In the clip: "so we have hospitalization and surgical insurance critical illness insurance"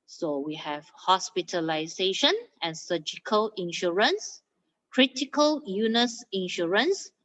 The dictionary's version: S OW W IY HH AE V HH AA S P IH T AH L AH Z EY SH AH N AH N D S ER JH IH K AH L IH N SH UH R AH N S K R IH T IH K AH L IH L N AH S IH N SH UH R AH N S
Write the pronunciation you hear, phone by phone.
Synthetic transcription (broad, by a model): S OW W IY HH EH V HH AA S P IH T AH L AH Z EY SH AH N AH N S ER JH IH K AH L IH N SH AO R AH N S K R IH T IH K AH L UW N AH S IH N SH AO R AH N S